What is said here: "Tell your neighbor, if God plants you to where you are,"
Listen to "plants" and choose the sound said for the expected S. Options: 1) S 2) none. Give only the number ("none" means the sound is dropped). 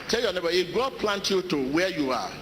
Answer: 2